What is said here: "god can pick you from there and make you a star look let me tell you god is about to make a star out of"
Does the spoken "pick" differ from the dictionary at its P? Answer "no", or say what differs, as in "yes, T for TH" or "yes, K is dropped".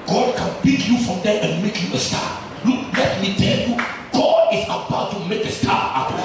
yes, B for P